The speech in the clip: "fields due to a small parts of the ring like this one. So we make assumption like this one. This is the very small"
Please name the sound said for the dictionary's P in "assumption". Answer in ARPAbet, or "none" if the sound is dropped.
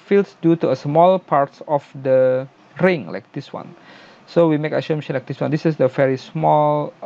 none